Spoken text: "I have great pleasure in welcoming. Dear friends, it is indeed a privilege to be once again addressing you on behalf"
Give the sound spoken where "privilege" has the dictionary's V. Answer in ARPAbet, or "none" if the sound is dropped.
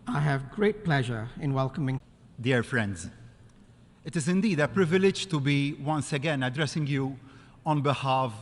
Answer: V